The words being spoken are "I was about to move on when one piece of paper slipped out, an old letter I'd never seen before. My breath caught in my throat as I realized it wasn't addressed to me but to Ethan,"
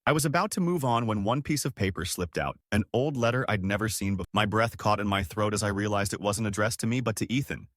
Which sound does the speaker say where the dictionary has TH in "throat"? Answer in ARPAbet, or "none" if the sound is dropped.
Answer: TH